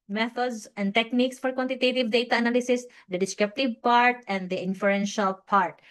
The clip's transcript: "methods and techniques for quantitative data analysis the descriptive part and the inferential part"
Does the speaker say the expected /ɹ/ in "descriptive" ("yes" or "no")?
no